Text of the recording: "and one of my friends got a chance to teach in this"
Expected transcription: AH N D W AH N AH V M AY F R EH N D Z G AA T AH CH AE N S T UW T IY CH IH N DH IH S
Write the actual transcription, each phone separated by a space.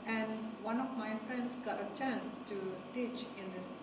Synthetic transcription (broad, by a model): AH N W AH N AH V M AY F R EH N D S G AA T AH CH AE N S T UW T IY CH IH N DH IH S